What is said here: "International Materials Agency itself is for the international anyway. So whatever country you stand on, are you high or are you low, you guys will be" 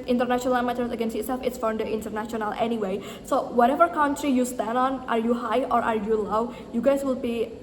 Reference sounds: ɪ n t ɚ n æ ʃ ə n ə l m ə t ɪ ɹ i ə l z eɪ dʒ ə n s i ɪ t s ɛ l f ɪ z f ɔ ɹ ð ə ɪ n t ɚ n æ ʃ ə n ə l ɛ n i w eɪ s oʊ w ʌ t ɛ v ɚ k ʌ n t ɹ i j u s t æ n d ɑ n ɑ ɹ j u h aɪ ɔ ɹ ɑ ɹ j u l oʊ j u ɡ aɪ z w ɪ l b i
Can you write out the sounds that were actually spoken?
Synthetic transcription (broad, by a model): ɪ n t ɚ n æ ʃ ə n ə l m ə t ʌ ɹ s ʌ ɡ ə n s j ɪ t s ɛ l f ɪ s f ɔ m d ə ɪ n t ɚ n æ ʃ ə n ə l ɛ n i w eɪ s oʊ w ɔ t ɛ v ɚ k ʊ n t ɹ i j u s t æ n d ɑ n ɑ ɹ j u h aɪ ɔ ɹ ɑ ɹ j u l oʊ j u ɡ aɪ s w ɪ l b i